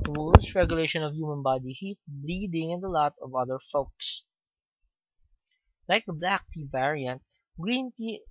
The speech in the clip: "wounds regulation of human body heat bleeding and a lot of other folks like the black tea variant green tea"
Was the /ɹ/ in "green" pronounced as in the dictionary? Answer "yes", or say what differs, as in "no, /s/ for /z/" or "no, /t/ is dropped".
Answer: yes